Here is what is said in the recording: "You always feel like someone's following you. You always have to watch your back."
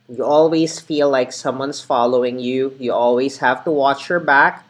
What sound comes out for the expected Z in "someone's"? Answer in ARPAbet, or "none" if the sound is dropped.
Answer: S